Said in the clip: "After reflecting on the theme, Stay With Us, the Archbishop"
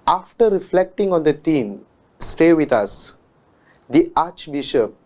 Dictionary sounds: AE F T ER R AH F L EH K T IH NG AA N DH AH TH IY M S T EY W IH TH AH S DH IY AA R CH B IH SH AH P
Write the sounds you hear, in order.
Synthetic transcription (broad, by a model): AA F T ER R AH F L EH K T IH NG AA N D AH T IY M S T EY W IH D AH S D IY AA CH B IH SH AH P